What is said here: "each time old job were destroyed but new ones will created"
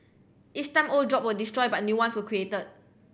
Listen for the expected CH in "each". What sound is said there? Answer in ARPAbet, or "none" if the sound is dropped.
S